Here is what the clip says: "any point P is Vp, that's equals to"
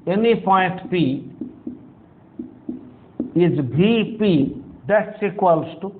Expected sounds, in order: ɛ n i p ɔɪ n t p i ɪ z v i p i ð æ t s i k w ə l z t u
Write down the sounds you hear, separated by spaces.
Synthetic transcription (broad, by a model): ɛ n i p ɔɪ n t p i ɪ z b i p i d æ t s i k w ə l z t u